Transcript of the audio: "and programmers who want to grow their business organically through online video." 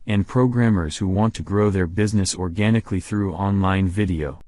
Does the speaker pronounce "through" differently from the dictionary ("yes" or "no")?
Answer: no